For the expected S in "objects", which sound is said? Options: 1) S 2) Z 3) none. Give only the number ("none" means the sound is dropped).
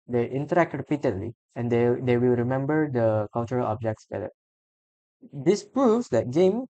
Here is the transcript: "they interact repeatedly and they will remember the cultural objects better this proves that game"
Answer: 1